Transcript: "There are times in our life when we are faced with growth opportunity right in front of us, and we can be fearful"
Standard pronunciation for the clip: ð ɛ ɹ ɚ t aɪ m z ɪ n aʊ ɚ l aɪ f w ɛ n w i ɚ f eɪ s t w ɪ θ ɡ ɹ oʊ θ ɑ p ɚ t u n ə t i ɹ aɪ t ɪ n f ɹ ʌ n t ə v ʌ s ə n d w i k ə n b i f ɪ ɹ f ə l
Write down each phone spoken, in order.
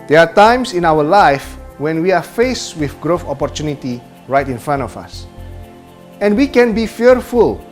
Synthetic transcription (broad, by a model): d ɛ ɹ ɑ t aɪ m s ɪ n aʊ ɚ l aɪ f w ɛ n w i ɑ f eɪ s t w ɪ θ ɡ ɹ oʊ f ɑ p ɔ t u n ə t i ɹ aɪ t ɪ n f ɹ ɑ n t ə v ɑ s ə n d w i k ə n b i f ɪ ɹ f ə l